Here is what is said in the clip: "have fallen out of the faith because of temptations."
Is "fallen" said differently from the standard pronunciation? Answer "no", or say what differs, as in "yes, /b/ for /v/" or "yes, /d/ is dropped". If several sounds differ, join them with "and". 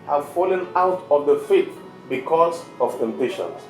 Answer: no